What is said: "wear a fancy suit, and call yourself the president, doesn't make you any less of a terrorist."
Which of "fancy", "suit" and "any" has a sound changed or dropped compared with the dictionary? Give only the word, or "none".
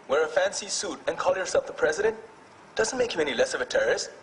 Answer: none